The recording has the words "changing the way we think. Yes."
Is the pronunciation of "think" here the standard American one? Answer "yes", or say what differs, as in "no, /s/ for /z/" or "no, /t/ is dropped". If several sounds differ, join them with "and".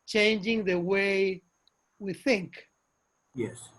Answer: yes